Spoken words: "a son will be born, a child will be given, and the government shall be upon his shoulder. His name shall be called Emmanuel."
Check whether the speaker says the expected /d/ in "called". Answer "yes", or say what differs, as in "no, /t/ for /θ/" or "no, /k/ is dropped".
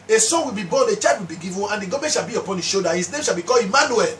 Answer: no, /d/ is dropped